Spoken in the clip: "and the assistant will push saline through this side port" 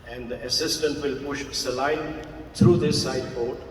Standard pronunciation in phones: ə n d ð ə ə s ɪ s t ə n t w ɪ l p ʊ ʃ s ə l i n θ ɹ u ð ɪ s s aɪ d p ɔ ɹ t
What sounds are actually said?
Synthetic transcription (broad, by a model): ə n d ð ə ə s ɪ s t ə n t w ɪ l p ʊ ʃ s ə l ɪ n t ɹ u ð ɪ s s aɪ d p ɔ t